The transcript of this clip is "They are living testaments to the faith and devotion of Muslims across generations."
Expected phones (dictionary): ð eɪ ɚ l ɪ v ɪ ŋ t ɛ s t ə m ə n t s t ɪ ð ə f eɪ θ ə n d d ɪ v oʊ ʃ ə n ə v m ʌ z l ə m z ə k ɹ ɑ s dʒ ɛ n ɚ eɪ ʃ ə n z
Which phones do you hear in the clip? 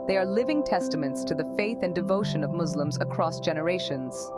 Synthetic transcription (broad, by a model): ð eɪ ɚ l ɪ v ɪ ŋ t ɛ s t ə m ə n t s t ɪ ð ə f eɪ θ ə n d d ɪ v oʊ ʃ ə n ə v m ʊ z l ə m z ə k ɹ ɑ s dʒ ɛ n ɚ eɪ ʃ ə n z